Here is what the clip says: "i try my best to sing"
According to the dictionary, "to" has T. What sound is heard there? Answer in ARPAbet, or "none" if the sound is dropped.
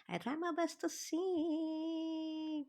T